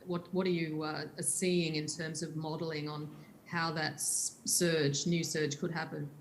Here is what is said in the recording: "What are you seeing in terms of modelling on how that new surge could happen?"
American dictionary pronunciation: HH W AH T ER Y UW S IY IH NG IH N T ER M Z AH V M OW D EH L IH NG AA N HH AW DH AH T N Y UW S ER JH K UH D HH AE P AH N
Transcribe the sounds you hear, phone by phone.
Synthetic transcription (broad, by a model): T W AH T ER Y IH S IY IH NG IH N T ER M Z AH V M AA D L IH NG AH N HH AW DH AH T N Y UW S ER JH K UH D HH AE P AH N